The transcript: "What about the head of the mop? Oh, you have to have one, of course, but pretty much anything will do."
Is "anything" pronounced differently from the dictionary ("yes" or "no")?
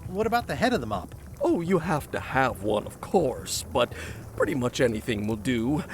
no